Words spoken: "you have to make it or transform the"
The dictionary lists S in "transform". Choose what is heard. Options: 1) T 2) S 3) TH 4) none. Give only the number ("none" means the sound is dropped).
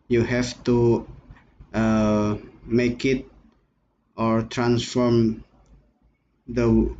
2